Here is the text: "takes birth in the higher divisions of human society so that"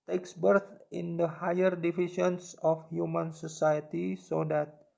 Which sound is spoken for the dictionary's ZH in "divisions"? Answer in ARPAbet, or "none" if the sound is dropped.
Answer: SH